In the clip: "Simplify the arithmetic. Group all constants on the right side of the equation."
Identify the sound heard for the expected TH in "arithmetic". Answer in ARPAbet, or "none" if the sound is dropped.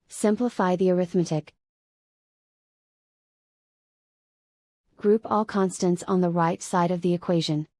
TH